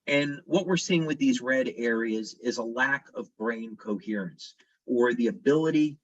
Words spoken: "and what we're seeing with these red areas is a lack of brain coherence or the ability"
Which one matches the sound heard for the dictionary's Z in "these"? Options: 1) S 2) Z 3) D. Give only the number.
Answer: 2